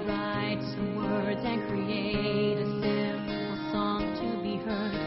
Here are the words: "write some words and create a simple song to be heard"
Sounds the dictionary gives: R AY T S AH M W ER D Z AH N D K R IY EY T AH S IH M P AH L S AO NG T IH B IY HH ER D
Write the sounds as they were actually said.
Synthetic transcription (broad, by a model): R AY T S AH M W ER D Z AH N K R IY EY T AH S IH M AH S AO NG T IH B IY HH ER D